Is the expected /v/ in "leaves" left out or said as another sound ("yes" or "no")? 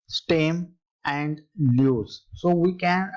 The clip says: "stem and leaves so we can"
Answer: yes